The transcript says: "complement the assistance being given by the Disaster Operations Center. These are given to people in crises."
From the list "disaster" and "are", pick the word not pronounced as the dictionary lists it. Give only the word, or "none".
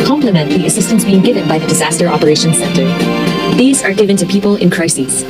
none